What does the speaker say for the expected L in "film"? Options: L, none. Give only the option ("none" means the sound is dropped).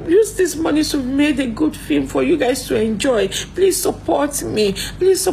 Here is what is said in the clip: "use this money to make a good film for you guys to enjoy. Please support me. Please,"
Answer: none